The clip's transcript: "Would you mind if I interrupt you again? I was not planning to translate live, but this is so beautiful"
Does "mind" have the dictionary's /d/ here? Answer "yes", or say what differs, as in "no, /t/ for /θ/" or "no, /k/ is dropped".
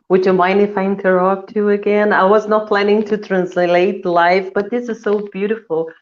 no, /d/ is dropped